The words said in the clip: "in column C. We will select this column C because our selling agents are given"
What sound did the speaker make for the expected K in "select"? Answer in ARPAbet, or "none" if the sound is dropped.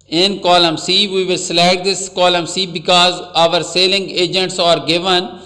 none